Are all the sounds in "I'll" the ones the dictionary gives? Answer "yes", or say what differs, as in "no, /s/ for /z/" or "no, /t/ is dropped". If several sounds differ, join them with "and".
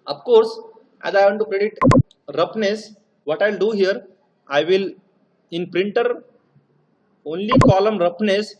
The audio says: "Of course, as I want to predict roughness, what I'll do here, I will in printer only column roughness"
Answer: yes